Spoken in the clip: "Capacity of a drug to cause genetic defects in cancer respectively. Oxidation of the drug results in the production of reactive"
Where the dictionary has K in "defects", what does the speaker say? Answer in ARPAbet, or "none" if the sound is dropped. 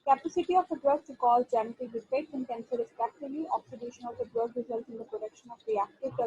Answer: none